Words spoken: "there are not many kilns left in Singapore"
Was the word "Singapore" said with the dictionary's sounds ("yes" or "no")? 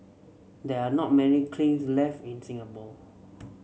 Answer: no